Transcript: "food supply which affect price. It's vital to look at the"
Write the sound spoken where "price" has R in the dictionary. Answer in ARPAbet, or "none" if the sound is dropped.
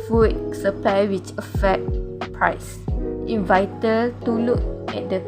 R